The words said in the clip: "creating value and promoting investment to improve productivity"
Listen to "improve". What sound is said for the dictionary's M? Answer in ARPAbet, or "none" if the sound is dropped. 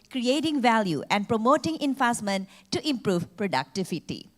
M